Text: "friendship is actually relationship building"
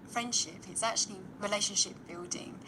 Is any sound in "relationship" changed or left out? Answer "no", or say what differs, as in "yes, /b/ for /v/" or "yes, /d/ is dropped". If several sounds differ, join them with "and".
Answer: no